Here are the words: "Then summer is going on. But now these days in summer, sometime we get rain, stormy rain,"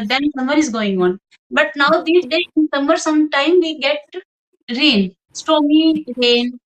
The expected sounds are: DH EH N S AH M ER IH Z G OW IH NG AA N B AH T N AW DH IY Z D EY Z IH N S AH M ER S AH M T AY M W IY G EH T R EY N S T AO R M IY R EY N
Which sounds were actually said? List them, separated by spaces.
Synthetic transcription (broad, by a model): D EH N S AH M ER IH Z G OW IH NG AA N B AH T N AW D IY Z D EY IH N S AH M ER S AH M T AY M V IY G EH T R EY N S T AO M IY R EY N